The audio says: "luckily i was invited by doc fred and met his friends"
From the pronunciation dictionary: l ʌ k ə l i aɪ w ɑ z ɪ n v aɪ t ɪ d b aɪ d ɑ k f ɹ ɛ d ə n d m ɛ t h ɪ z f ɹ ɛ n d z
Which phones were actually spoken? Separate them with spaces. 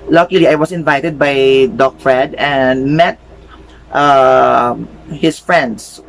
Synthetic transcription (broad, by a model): l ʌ k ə l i aɪ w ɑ s ɪ n v aɪ t ɪ d b aɪ d ɑ k f ɹ ɛ d ə n d m ɛ t h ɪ s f ɹ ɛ n d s